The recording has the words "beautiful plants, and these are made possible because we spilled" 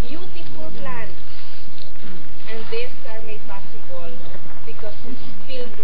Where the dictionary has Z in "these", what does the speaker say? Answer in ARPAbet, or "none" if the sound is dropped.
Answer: S